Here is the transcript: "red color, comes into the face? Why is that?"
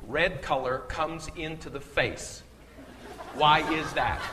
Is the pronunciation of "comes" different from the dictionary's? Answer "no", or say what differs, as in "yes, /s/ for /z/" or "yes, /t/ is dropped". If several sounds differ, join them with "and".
no